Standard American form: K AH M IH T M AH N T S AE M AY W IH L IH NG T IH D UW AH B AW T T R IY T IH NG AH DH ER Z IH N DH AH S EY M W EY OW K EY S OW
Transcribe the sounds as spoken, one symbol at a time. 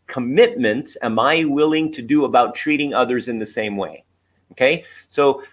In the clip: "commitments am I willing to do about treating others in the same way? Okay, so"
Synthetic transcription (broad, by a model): K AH M IH T M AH N T S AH M AY W IH L IH NG T IH D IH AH B AW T T R IY T IH NG AH DH ER Z IH N DH AH S EY M W EY OW K EY S OW